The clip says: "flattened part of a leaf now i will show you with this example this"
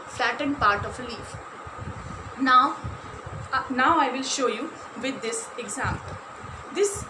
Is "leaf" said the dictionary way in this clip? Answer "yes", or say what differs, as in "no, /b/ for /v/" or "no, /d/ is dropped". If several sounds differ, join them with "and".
yes